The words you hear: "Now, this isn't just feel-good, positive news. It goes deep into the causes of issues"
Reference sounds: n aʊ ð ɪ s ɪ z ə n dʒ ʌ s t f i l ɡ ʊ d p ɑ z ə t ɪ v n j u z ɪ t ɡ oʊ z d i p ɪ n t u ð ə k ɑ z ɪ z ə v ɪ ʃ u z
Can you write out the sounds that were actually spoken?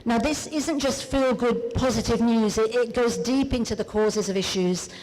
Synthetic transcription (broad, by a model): n aʊ ð ɪ s ɪ z ə n dʒ ʌ s t f i l ɡ ʊ d p ɑ z ə t ɪ v n j u z ɪ t ɡ oʊ z d i p ɪ n t u ð ə k ɑ z ɪ z ə v ɪ ʃ u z